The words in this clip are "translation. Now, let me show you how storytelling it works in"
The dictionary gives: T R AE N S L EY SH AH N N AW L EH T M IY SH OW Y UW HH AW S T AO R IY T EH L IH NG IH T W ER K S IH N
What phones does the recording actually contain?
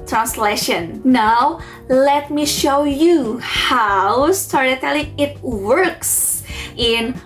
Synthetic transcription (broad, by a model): T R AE N S L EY SH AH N N AW L EH T M IY SH OW Y UW HH AW S T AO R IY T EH L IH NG IH T W ER K S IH N